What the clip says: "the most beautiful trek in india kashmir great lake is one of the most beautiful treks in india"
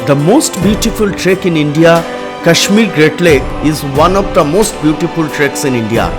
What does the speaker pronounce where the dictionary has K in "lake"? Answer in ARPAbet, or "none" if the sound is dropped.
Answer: none